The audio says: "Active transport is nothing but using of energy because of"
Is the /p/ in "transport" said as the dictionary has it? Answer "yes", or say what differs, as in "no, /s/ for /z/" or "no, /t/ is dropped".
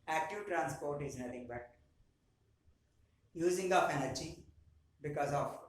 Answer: yes